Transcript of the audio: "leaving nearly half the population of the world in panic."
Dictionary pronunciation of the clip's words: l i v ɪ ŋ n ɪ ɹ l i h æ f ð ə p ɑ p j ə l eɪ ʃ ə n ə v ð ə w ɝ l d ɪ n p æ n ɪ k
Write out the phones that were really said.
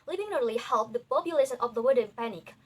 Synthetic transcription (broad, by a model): l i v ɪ ŋ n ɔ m l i h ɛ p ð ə p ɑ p j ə l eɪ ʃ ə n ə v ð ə w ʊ d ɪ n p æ n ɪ k